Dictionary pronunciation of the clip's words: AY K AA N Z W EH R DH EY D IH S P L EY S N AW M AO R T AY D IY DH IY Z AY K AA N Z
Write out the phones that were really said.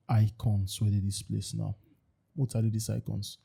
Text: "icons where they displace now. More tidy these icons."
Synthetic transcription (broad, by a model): AY K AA N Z W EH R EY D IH S P L EY S N AW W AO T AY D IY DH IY S AY K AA N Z